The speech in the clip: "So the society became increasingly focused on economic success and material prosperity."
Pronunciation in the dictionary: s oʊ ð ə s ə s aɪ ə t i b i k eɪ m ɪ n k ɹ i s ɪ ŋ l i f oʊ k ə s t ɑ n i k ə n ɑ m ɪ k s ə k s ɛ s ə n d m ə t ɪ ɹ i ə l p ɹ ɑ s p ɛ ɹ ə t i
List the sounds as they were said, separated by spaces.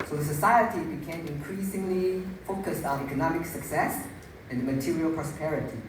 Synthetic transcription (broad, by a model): s oʊ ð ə s ə s aɪ ə t i b i k eɪ m ɪ n k ɹ i s ɪ ŋ l i f oʊ k ə s t ɑ n i k ə n ɑ m ɪ k s ə k s ɛ s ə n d m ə t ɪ ɹ i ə l p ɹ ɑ s p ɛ ɹ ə t i